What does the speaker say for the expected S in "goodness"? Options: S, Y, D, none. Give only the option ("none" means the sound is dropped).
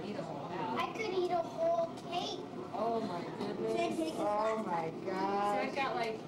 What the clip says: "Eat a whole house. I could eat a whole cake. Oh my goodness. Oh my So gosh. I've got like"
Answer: none